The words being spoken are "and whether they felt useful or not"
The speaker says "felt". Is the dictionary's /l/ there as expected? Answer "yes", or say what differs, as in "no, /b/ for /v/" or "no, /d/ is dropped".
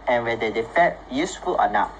no, /l/ is dropped